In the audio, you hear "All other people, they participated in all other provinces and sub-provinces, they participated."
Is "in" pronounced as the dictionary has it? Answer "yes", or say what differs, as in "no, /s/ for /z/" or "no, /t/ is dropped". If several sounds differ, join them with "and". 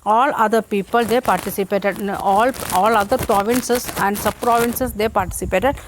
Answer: no, /l/ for /n/